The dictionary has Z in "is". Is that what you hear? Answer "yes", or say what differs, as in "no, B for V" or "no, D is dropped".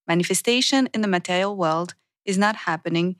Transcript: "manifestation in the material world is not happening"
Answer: yes